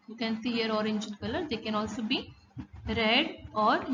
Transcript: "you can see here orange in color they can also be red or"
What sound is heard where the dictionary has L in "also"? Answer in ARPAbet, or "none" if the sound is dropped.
L